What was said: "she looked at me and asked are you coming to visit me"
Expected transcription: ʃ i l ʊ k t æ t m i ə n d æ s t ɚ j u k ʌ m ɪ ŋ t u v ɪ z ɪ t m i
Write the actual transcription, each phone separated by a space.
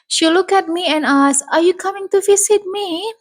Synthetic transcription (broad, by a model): ʃ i l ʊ k æ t m i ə n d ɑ s ɚ j u k ʌ m ɪ ŋ t u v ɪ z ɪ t m i